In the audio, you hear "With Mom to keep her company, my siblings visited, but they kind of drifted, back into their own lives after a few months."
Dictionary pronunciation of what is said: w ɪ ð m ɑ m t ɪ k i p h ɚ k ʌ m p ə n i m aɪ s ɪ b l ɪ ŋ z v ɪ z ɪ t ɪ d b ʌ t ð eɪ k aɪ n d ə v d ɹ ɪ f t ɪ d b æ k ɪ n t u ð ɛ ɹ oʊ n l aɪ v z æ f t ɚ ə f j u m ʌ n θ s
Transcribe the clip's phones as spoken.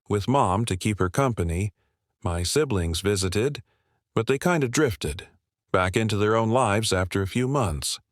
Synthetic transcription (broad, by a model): w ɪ ð m ɑ m t ɪ k i p h ɚ k ʌ m p ə n i m aɪ s ɪ b l ɪ ŋ z v ɪ z ɪ t ɪ d b ʌ t ð eɪ k aɪ n d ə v d ɹ ɪ f t ɪ d b æ k ɪ n t u ð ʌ ɹ oʊ n l aɪ v z æ f t ɚ ə f j u m ʌ n θ s